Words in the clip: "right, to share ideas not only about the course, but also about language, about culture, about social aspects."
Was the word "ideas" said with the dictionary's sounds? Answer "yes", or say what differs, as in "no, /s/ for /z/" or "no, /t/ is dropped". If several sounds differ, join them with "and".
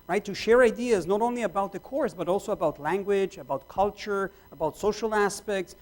yes